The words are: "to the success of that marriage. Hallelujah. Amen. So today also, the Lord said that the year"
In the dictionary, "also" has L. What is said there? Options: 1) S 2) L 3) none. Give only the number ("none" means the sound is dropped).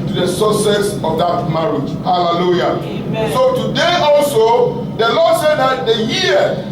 2